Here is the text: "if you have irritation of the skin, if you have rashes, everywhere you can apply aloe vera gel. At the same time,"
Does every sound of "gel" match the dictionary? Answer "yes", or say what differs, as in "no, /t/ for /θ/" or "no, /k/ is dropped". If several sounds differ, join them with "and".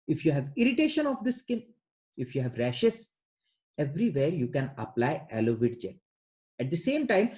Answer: no, /n/ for /l/